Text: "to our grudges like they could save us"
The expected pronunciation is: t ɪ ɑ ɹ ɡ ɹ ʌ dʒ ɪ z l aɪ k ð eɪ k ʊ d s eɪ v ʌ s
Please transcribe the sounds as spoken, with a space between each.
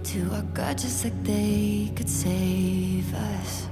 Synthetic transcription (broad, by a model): t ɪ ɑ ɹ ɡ ʌ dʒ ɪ s l aɪ k ð eɪ k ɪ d s eɪ v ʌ s